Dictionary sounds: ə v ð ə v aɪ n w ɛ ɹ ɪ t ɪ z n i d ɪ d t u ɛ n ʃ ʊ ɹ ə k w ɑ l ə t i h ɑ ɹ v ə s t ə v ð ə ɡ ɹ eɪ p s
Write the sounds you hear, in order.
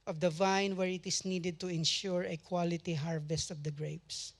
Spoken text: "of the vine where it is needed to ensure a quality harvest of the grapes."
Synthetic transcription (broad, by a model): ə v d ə v aɪ n w ɛ ɹ ɪ t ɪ s n i d ɪ d t u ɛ n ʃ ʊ ɹ ə k w ɑ l ə t i h ɑ ɹ v ə s t ə v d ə ɡ ɹ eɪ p s